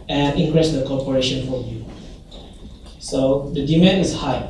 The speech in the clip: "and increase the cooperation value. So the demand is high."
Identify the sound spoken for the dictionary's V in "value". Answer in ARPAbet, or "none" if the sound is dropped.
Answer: F